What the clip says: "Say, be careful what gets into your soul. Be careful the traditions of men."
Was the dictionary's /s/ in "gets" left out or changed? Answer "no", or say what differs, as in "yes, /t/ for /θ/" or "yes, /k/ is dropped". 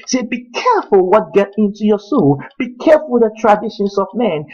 yes, /s/ is dropped